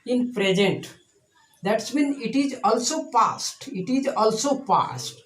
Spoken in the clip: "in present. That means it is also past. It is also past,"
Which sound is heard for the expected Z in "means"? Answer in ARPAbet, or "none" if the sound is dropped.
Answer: none